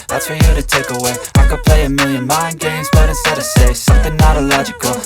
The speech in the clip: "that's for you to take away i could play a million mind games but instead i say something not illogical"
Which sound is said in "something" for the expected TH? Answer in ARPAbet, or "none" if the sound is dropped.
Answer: TH